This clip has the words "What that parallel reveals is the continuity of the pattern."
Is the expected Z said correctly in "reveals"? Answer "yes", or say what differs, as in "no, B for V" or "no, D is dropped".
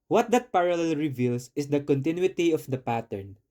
no, S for Z